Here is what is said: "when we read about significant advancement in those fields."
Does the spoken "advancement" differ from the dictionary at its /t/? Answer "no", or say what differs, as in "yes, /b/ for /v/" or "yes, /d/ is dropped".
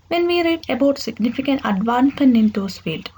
yes, /t/ is dropped